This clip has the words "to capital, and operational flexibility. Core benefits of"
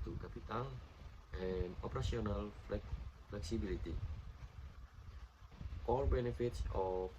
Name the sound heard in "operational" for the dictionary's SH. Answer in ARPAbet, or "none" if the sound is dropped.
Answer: S